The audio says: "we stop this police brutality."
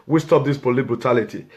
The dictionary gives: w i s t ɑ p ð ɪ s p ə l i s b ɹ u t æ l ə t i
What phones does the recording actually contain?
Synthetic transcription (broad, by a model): w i s t ɑ p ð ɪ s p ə l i b ɹ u t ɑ l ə t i